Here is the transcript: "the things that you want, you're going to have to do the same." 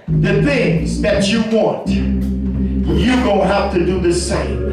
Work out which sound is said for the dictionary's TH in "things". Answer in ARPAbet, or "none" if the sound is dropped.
TH